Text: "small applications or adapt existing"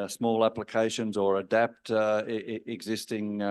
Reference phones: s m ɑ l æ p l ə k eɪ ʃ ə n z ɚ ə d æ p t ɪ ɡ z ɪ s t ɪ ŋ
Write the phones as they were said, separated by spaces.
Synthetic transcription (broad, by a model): s m ɑ l æ p l ə k eɪ ʃ ə n z ɚ ə d æ p t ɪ ɡ z ɪ s t ɪ ŋ